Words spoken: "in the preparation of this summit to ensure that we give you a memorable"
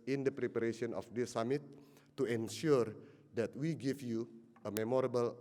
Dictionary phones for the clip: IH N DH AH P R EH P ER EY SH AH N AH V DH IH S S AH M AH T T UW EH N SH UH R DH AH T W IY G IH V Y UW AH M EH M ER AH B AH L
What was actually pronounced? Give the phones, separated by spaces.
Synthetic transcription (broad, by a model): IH N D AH P R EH P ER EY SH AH N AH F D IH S S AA M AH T T UW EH N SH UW R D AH T W IY G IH F Y UW AH M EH M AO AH B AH L